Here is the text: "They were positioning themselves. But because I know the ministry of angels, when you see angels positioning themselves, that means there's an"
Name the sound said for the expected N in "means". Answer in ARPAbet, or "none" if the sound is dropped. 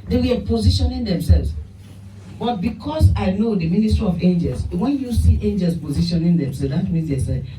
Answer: none